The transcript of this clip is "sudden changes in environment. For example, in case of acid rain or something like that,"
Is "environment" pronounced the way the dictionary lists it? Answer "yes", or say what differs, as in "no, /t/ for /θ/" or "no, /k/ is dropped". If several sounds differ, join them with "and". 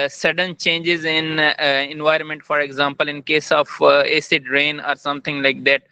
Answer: yes